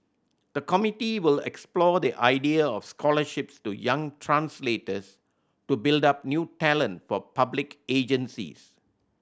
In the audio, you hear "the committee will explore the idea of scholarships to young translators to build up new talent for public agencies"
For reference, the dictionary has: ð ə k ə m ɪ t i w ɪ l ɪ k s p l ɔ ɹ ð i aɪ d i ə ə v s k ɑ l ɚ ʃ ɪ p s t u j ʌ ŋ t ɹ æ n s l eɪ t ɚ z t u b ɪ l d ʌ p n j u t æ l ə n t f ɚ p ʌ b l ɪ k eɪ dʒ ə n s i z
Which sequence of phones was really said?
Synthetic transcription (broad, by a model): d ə k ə m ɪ t i w ɪ l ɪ k s p l ɔ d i aɪ d i ə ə f s k ɑ l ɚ ʃ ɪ p s t u j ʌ ŋ t ɹ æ n s l eɪ t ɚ s t u b ɪ l d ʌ p n j u t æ l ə n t f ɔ p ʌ b l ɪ k eɪ dʒ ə n s i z